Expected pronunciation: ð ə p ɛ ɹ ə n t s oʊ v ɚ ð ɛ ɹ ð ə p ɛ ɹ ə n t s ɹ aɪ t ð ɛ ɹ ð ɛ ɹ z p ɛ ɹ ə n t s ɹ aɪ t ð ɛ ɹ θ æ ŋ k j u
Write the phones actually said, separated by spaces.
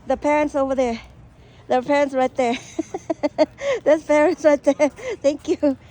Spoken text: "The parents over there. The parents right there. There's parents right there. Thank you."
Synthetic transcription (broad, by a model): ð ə p ɛ ɹ ə n t s oʊ v ɚ ð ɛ ɹ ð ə p ɛ ɹ ə n t s ɹ aɪ t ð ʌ ɹ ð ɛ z p ɛ ɹ ə n t s ɹ aɪ t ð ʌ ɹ θ æ ŋ k j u